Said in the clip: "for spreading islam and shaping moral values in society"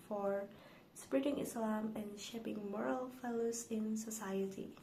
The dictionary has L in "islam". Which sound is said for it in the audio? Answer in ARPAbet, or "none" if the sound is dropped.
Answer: L